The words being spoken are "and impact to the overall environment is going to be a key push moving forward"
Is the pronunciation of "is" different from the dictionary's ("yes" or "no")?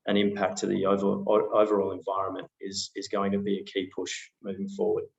no